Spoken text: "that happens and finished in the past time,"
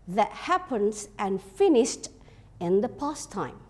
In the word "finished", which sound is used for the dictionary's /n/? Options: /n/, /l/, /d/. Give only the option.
/n/